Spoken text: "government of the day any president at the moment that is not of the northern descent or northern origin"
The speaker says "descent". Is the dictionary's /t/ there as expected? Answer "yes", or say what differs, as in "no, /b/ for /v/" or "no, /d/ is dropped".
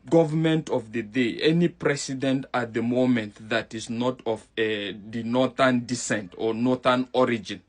yes